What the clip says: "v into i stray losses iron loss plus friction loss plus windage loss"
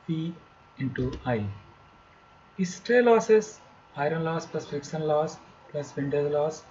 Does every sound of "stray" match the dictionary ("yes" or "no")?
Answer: yes